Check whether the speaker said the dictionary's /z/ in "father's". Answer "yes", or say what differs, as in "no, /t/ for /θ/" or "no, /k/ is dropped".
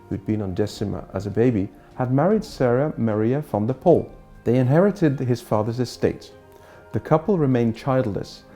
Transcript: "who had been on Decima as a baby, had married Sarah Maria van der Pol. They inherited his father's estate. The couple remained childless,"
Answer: yes